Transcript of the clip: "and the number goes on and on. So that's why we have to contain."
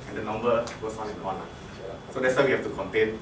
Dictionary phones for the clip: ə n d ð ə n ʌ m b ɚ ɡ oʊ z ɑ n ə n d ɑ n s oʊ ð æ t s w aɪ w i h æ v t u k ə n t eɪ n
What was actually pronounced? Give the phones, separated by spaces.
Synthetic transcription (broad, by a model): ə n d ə n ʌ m b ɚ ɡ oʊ s ɑ n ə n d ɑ n s oʊ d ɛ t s w aɪ w i h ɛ f t u k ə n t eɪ n